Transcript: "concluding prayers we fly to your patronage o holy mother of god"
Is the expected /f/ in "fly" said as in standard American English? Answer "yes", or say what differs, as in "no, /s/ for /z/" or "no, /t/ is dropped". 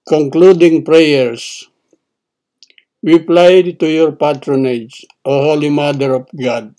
no, /p/ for /f/